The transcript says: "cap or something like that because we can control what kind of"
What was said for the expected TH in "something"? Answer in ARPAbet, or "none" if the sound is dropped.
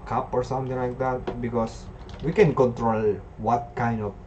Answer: T